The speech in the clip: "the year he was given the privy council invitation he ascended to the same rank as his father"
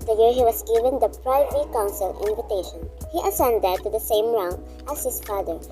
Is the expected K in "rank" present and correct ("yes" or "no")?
no